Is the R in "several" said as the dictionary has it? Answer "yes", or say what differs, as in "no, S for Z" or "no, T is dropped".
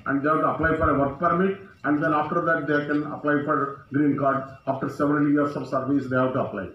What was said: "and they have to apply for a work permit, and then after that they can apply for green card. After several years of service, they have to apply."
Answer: no, R is dropped